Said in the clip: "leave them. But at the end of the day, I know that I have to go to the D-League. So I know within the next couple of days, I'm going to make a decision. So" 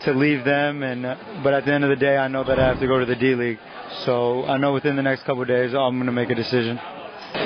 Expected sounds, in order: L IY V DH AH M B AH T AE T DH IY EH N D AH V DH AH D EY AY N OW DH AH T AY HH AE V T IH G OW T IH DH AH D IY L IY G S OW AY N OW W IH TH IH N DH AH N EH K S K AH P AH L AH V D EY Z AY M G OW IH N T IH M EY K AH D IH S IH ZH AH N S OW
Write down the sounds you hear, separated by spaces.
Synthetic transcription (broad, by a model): L IY V DH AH M B AH T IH T DH IY EH N D AH V DH AH D EY AY N OW DH AH T AY HH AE F T IH G OW T IH DH AH D IY L IY G S OW AY N OW W IH TH IH N DH AH N EH K S K AH P L D EY Z AY M G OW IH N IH M EY K AH D IH S IH ZH AH N